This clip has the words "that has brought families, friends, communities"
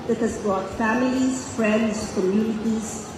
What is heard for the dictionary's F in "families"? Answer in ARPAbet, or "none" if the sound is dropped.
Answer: F